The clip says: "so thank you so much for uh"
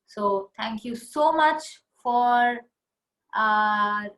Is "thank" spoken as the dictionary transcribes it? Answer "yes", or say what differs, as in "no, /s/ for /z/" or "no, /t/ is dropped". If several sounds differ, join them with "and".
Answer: no, /t/ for /θ/